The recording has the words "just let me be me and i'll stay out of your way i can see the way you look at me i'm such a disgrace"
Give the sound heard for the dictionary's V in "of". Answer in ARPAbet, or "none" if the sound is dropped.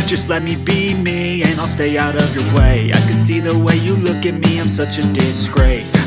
V